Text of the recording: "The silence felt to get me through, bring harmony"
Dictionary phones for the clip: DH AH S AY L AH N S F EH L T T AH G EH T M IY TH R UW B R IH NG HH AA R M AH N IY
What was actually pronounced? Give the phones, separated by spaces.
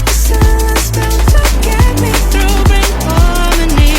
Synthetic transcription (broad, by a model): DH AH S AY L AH S P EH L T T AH G EH T M IY TH R UW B R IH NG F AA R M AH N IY